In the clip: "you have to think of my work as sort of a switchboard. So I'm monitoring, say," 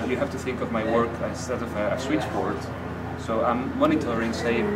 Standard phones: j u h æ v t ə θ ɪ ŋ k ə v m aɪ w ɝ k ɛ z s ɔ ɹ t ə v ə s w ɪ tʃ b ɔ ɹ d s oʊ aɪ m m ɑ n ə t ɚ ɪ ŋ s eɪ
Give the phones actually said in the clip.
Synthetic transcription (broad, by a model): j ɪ h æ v t ə θ ɪ ŋ k ə v m aɪ w ɝ k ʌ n s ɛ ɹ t ə v ə s w ɪ tʃ b ɔ ɹ d s oʊ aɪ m m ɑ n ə t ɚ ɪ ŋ s eɪ